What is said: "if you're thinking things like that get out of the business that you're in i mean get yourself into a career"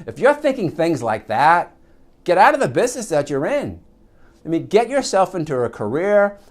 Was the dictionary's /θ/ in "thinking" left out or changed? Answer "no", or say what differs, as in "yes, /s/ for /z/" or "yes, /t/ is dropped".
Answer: no